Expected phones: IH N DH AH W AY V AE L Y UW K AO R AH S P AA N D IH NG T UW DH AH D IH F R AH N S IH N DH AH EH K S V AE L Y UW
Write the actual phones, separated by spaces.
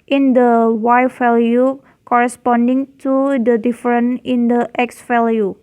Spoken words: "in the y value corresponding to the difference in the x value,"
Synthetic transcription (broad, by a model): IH N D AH W AY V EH L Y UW K AO R AH S P AA N D IH NG T UW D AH D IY F R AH N IH N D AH EH K S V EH L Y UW